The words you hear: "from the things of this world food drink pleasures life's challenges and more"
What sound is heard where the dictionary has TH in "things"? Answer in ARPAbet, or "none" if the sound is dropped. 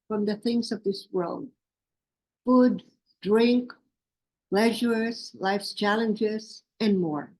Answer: TH